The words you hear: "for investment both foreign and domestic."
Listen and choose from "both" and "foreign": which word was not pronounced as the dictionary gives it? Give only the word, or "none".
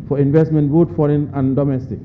both